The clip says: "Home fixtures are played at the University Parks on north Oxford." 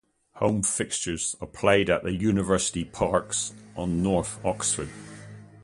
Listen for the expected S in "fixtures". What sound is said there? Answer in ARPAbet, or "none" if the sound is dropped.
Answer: S